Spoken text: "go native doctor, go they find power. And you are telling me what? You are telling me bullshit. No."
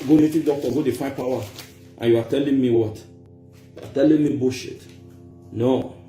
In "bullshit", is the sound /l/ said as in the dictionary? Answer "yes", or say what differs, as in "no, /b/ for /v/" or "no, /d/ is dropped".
no, /l/ is dropped